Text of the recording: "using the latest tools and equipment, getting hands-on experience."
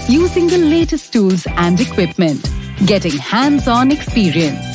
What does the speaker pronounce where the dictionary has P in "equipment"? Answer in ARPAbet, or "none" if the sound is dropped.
P